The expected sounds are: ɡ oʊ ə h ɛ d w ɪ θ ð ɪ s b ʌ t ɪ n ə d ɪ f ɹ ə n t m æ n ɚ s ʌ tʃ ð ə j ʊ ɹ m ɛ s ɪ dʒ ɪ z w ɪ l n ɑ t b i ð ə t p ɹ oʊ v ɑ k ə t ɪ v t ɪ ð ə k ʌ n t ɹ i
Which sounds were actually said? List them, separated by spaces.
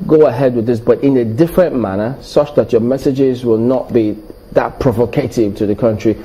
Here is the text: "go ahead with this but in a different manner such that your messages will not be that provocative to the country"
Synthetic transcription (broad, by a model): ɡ oʊ ə h ɛ d w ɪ ð ɪ s b ʌ t ɪ n ə d ɪ f ɹ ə n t m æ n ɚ s ʌ tʃ ð ə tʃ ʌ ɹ m ɛ s ɪ dʒ ɪ z w ɪ l n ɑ t b i ð ə t p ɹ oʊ v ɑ k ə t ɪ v t ɪ ð ə k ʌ n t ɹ i